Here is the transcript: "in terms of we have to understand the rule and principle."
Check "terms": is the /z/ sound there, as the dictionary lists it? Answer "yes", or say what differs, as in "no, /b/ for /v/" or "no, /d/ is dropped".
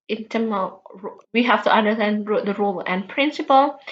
no, /z/ is dropped